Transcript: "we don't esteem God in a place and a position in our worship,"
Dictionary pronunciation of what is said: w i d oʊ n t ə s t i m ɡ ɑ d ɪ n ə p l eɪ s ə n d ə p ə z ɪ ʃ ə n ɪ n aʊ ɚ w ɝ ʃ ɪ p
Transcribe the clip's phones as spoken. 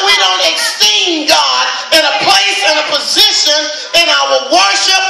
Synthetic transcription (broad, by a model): w i d oʊ n t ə s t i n ɡ ɑ d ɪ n ə p l eɪ s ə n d ə p ə z ɪ ʃ ə n ɪ n aʊ ɚ w ɝ ʃ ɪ p